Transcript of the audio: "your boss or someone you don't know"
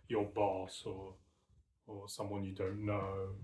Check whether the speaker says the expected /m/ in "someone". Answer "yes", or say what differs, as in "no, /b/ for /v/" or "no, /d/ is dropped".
yes